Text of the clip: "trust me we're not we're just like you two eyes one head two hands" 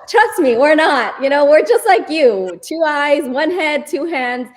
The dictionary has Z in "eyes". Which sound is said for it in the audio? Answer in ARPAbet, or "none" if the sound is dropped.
Z